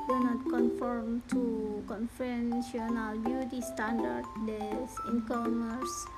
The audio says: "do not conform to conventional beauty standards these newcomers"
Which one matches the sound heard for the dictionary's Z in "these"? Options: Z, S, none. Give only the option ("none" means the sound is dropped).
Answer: none